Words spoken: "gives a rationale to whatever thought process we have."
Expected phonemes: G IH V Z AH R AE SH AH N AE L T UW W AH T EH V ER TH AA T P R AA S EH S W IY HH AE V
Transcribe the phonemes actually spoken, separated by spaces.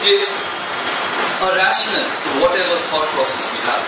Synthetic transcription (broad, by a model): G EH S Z AH R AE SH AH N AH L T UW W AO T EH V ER T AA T P R AA S EH S W IY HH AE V